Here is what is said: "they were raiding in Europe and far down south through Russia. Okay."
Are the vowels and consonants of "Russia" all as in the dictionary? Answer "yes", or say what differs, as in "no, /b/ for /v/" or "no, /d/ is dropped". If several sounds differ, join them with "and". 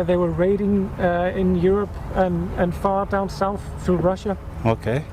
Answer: yes